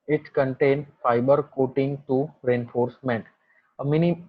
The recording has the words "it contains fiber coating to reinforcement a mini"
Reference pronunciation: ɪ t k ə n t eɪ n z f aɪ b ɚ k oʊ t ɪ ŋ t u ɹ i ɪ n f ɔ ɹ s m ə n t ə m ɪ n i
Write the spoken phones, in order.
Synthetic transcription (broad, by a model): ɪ t k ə n t eɪ n f aɪ b ɚ k oʊ t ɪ ŋ t u ɹ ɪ n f ɔ ɹ s m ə n t ə m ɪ n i